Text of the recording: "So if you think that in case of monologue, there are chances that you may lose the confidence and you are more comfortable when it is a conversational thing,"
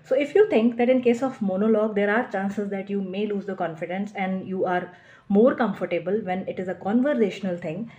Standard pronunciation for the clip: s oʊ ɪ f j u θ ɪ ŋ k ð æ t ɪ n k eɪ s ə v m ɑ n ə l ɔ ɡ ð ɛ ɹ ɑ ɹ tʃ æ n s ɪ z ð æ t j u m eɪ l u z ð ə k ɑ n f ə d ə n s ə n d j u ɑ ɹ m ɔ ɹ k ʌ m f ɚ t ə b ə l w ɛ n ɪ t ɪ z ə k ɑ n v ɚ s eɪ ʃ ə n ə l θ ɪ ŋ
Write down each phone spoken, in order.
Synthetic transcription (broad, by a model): s oʊ ɪ f j u t ɪ ŋ k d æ t ɪ n k eɪ s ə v m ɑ n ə l ɔ ɡ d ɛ ɹ ɑ ɹ tʃ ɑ n s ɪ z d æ t j u m eɪ l u z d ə k ɑ n f ə d ə n s ə n d j u ɑ ɹ m ɔ ɹ k ʌ m f ɚ t ə b ə l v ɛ n ɪ t ɪ z ə k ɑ n v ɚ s eɪ ʃ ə n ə l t ɪ ŋ